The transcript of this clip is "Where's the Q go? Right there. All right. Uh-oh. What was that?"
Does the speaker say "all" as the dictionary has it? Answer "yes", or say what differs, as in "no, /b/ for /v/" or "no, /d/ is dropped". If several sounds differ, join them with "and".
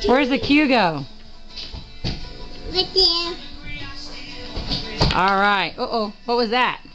yes